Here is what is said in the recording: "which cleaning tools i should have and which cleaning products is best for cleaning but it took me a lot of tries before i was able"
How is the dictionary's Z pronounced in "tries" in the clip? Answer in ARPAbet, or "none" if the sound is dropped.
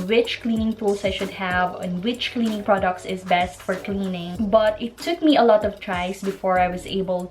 S